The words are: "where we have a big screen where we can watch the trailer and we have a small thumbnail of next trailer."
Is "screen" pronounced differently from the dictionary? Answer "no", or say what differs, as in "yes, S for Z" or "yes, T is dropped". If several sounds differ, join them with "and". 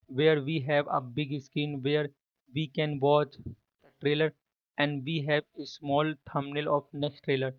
yes, R is dropped